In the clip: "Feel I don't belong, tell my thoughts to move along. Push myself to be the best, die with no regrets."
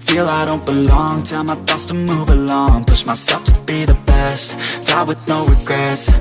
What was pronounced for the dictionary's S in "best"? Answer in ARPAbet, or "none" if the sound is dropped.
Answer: S